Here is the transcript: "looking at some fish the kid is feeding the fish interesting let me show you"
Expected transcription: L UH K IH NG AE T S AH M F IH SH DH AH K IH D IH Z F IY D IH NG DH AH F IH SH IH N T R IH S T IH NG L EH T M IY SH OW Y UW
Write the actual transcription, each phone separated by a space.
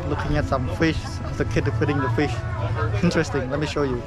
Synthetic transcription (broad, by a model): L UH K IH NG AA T S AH M F IH SH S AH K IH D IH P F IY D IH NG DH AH F IH SH IH N T R IH S T IH NG L EH T M IY SH OW Y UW